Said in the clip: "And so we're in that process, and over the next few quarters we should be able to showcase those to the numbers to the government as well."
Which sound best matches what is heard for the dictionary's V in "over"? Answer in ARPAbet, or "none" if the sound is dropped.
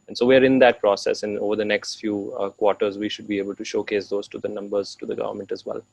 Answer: V